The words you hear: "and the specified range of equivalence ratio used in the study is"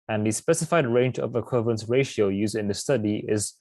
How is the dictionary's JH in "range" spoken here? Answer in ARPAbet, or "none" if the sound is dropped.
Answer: JH